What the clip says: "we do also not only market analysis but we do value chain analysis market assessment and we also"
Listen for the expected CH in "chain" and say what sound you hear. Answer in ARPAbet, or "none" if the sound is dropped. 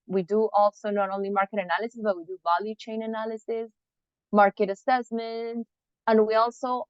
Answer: CH